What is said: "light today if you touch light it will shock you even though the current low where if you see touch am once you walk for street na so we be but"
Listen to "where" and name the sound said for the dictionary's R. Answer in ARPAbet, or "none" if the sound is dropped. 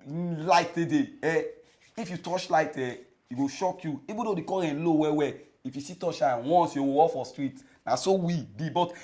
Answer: W